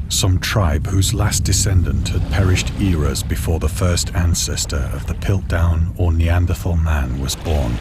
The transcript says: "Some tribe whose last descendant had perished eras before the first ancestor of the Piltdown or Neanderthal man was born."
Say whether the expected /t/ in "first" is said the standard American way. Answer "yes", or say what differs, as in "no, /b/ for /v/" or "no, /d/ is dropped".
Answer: yes